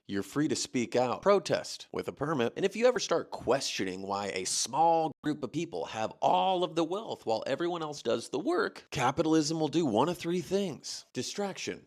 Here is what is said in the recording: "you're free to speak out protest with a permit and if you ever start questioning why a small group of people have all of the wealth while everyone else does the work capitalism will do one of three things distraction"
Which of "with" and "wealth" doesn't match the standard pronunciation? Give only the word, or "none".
none